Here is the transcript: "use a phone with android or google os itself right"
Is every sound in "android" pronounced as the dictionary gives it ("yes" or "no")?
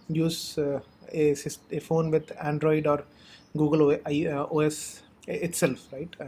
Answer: yes